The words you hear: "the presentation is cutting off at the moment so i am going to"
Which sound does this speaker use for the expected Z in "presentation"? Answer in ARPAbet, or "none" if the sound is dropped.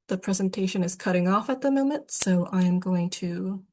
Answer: Z